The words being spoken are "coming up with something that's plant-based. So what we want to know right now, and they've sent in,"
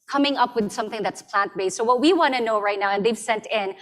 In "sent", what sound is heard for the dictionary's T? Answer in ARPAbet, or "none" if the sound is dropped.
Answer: T